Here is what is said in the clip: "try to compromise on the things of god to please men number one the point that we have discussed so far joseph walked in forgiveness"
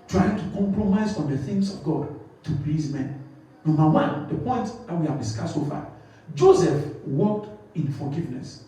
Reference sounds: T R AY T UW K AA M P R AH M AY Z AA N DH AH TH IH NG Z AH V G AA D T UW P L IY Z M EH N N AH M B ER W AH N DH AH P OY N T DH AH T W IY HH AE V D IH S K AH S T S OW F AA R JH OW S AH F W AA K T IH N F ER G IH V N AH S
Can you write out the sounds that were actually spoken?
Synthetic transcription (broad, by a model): T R AY T UW K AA M P R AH M AY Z AA N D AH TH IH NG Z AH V G AA D T UW P L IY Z M EH N N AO M B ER W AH N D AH P OY N T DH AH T W IY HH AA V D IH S K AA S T S OW F AA JH OW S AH F W AA K T IH N F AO G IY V N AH S